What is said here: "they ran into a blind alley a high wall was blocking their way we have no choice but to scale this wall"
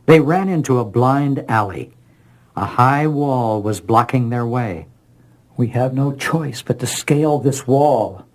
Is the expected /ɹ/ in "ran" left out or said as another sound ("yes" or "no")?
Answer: no